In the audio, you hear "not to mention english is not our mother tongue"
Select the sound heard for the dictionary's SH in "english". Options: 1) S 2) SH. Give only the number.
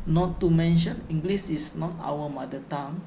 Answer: 1